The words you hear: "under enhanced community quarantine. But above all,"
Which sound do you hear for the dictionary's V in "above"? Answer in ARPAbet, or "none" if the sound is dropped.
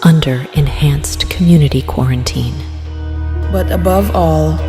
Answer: V